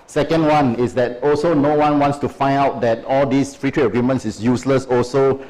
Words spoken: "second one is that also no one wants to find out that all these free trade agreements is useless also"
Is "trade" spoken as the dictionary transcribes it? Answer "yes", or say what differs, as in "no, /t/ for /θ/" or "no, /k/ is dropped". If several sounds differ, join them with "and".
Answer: no, /d/ is dropped